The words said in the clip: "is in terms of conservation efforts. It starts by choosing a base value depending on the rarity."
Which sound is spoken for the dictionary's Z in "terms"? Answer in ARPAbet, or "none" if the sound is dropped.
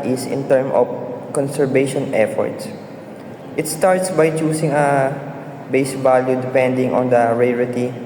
none